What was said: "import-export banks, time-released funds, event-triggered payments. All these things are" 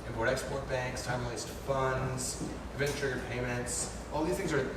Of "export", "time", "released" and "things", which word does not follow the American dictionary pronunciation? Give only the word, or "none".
released